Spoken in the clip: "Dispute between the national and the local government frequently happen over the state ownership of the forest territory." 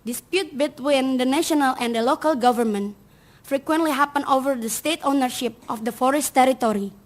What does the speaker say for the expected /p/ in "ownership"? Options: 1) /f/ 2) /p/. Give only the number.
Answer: 2